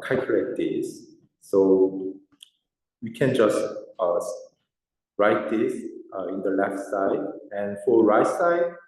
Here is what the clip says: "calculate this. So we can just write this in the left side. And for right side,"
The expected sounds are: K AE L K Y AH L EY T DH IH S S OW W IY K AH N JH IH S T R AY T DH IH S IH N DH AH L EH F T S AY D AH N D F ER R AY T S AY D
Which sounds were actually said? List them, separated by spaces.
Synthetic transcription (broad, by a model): K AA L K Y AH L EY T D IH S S OW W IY K AH N JH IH S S R AY T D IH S IH N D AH L EH F T S AY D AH N F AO R AY T S AY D